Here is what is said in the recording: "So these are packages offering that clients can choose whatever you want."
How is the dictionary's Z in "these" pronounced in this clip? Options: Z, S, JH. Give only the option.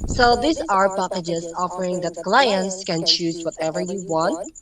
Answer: S